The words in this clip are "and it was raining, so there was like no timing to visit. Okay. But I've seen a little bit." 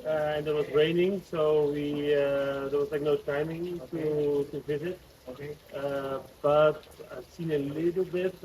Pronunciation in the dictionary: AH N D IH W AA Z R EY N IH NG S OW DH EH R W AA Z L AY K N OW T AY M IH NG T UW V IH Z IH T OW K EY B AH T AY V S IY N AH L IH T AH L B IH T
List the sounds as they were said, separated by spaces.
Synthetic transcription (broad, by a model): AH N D IH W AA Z R EY N IH NG S OW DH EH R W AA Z L AY K N OW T AY M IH NG T UW V IH Z IH T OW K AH B AH T AY V S IY N AH L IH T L B IH T